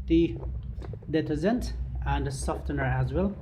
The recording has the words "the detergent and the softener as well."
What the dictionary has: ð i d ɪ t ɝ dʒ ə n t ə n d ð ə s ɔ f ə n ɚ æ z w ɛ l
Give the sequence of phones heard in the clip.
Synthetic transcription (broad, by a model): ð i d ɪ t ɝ z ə n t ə n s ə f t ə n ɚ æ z w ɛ l